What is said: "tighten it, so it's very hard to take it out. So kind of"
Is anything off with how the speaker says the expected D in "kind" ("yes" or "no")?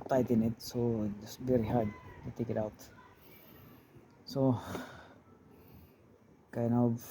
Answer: yes